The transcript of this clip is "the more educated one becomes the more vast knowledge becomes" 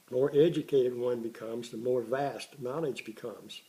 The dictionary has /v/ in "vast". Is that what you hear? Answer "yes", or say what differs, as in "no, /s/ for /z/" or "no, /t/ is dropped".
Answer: yes